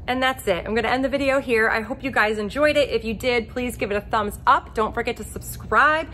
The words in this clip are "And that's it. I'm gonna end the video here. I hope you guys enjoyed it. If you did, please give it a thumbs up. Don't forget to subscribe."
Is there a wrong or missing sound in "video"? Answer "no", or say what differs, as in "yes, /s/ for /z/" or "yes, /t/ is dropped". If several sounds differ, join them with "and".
no